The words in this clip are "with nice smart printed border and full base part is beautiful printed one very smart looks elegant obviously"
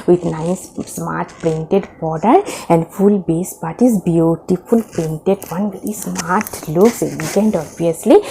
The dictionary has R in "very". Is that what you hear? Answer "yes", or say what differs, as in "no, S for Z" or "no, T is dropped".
no, R is dropped